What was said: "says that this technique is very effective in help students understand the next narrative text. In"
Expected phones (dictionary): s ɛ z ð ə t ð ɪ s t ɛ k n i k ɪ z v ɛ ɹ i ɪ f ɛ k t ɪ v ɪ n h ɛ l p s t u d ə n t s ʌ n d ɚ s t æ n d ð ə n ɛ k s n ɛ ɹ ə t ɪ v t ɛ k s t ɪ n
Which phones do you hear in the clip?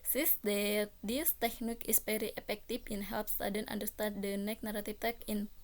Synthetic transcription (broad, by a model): s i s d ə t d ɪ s t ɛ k n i k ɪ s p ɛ ɹ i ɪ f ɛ k t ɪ f ɪ n h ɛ l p s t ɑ d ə n t ʌ n d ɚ s t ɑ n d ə n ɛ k n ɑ ɹ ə t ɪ f t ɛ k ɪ n